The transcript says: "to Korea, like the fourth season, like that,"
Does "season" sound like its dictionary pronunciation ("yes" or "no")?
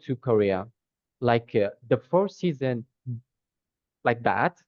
yes